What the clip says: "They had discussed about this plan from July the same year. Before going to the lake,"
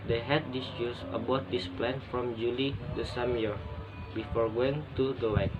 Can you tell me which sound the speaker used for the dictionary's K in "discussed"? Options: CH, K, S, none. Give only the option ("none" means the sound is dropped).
none